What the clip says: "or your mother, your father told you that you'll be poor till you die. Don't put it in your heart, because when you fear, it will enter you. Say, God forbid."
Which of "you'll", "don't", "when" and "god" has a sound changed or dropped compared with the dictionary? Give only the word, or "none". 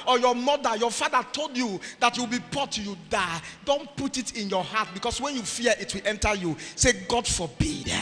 you'll